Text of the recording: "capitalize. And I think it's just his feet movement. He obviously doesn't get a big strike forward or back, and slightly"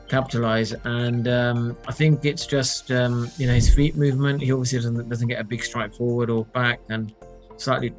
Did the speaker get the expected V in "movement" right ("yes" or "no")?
yes